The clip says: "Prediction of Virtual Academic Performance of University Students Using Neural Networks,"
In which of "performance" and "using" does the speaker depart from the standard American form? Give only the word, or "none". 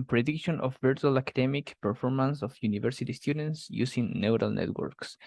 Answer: using